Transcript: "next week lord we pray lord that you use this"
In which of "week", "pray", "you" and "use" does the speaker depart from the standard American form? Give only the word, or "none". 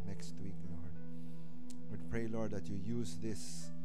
none